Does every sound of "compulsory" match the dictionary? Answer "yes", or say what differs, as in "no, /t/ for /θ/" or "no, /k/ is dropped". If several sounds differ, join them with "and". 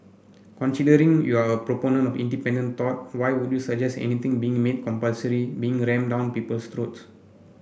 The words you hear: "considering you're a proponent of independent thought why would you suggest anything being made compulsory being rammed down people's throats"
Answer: yes